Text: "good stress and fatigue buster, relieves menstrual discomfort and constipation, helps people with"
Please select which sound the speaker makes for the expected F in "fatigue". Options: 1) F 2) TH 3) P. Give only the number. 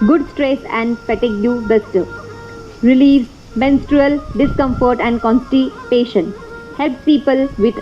3